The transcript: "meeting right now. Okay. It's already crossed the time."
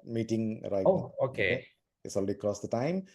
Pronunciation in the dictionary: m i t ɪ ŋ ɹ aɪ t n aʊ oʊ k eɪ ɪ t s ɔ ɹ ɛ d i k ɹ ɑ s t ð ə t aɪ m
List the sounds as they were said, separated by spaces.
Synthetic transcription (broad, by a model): m i t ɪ ŋ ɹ aɪ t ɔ oʊ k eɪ ɪ t s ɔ l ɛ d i k ɹ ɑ s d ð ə t aɪ m